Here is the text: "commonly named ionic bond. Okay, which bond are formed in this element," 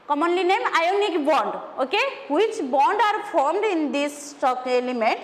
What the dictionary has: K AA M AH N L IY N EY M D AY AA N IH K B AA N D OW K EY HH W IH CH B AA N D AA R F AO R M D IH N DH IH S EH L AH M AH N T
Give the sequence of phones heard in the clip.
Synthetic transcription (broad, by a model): K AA M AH N L IY N EY M AY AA N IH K B AA N D OW K EY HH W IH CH B AA N D AA R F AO R M D IH N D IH S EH L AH M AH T